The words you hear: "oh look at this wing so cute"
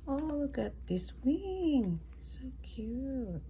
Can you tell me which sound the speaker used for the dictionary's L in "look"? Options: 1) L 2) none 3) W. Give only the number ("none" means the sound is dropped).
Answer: 3